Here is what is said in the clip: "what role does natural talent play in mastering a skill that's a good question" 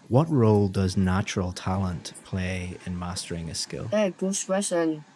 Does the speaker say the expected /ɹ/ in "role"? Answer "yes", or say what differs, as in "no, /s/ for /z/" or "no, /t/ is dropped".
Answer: yes